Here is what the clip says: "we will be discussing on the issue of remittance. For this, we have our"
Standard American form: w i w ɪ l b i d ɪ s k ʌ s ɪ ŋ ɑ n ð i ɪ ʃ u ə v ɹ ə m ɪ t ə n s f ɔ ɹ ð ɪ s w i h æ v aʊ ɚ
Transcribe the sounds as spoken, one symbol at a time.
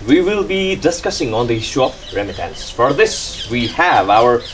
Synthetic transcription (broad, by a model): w i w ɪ l b i d ɪ s k ʌ s ɪ ŋ ɑ n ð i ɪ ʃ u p ɹ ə m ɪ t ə n s f ɔ ɹ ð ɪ s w i h æ v aʊ ɚ